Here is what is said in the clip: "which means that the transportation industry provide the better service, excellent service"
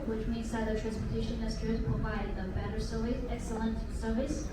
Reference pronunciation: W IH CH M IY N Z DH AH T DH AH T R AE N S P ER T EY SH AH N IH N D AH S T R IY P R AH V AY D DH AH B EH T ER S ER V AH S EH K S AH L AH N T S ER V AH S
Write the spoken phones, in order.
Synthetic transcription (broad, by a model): W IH CH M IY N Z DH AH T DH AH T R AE N S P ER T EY AH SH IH N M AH S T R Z P R AH V AY D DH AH B EH T ER S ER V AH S EH K S AH L AH N T S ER V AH S